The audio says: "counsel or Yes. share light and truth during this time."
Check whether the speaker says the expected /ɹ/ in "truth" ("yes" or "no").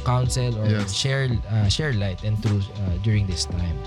no